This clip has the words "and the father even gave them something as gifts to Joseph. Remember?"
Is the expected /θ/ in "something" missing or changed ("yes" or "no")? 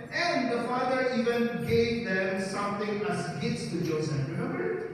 yes